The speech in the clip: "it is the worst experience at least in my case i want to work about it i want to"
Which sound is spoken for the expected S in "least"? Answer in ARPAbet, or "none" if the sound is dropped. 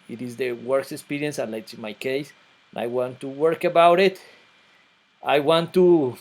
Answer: none